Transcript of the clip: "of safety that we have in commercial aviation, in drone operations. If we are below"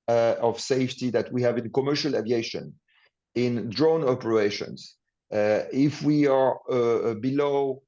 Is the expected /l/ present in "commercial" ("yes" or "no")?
yes